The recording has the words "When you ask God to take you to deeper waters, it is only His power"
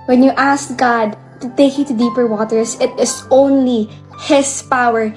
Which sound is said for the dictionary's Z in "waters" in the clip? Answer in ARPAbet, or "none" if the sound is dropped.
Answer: S